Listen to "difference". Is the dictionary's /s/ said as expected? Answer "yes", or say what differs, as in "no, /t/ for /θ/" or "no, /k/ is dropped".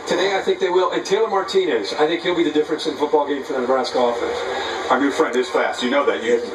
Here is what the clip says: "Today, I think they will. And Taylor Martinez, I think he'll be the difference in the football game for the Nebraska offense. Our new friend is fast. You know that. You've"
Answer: yes